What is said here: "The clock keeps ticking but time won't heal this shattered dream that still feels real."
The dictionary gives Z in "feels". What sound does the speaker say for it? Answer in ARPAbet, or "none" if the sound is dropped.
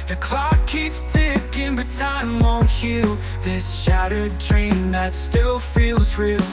Z